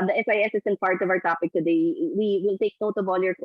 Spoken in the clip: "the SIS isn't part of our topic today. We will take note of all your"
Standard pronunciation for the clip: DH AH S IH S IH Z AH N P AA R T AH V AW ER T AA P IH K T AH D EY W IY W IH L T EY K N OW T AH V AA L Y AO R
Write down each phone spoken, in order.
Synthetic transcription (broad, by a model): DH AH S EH S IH S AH N P AA R T AH V AW ER T AA P IH K T AH D EY W IY W IH L T EY K N OW T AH B AA L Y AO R